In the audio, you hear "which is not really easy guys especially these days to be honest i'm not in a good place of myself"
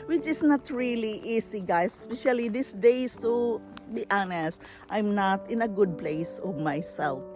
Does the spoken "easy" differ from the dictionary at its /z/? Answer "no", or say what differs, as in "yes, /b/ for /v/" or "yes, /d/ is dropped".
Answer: yes, /s/ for /z/